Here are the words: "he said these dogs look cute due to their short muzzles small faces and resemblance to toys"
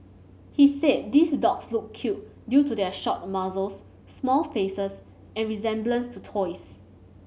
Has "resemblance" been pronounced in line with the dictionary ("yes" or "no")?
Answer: yes